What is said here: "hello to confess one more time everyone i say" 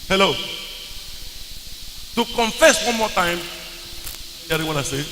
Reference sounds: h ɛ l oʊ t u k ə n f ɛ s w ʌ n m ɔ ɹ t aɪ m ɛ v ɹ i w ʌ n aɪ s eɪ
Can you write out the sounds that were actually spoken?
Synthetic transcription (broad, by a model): h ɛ l oʊ t u k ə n f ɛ s w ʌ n m ɔ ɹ t aɪ m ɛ ɹ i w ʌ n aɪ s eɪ